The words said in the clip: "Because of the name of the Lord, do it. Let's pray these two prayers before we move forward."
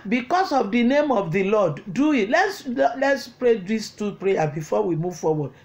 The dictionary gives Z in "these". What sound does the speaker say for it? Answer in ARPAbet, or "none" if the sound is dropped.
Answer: S